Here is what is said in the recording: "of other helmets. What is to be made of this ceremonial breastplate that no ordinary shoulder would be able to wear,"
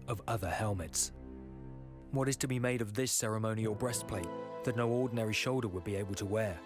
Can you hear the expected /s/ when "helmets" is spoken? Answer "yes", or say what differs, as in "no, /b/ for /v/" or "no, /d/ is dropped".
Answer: yes